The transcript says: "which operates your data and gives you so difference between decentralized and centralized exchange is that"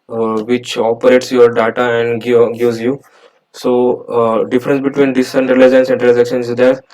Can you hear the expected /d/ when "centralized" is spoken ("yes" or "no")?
no